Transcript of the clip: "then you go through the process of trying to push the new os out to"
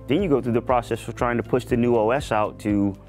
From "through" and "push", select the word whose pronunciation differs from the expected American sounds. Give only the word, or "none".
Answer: none